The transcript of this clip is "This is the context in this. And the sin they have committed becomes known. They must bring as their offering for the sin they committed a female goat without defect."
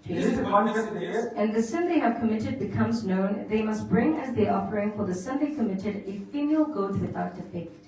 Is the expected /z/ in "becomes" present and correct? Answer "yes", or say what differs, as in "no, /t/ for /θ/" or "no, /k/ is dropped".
yes